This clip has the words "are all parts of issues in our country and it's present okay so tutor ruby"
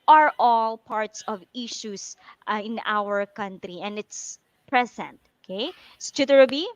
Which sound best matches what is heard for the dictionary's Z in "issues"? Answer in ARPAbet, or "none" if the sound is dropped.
S